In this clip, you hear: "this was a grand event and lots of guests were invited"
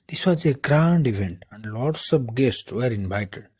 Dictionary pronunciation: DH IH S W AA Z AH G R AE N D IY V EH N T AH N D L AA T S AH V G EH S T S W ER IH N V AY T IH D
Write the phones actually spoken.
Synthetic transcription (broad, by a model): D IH S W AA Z AH G R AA N D IY V EH N T AH N D L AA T S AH P G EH S T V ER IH N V AY T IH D